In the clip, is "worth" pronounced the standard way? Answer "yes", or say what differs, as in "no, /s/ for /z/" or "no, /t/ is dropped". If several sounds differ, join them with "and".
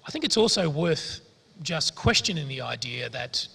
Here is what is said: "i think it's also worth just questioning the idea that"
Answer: yes